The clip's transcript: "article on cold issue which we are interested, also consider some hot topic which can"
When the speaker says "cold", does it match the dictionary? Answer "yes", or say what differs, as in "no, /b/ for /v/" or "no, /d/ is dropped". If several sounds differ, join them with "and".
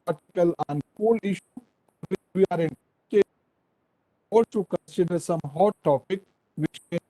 no, /d/ is dropped